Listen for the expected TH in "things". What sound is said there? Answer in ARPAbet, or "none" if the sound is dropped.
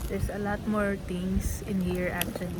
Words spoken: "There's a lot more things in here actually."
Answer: T